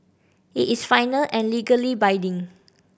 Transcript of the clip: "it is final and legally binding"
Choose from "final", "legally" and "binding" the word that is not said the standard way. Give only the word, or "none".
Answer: binding